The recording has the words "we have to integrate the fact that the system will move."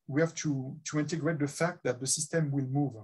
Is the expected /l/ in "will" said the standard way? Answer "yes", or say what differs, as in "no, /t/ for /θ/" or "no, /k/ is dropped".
yes